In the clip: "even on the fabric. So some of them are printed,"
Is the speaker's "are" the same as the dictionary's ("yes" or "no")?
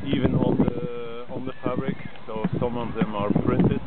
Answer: yes